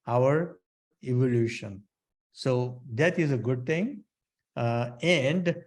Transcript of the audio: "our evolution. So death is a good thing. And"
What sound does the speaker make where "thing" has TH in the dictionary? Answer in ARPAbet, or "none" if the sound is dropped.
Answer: T